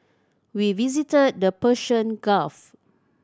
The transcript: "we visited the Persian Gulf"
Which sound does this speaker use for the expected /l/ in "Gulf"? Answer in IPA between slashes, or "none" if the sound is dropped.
none